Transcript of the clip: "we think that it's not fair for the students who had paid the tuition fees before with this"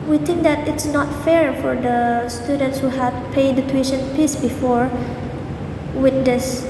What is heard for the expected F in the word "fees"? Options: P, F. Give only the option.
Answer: P